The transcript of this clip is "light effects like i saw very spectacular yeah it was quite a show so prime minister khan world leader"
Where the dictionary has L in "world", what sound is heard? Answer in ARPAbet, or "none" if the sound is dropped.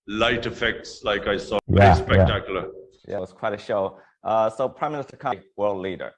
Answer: L